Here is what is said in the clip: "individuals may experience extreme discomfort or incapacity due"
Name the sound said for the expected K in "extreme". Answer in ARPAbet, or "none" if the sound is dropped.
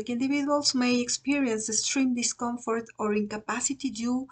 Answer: none